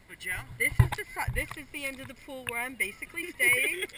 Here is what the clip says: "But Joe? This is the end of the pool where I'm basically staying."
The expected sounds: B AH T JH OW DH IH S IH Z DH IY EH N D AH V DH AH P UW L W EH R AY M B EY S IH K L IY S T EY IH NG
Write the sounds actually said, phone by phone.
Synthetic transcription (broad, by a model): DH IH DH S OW DH IH S IH Z DH IY EH N D AH V DH AH P UW L W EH R AY M B EY S IH K L IY S T EY IH NG